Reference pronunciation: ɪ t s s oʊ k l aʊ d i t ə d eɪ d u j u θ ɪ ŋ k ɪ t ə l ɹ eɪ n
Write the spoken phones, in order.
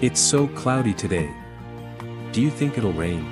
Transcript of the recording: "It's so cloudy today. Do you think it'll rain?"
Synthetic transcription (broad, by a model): ɪ t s s oʊ k l aʊ d i t ə d eɪ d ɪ j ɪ θ ɪ ŋ k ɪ t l ɹ eɪ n